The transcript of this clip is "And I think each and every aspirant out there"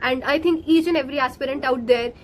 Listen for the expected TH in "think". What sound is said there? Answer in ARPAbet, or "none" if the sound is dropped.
T